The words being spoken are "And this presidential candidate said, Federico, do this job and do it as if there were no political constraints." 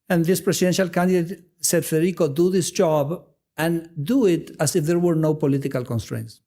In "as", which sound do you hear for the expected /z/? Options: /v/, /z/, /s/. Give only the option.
/s/